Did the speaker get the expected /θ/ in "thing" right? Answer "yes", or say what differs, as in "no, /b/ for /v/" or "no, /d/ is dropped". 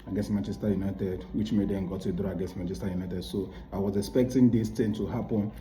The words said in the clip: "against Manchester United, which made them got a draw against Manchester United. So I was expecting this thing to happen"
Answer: no, /t/ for /θ/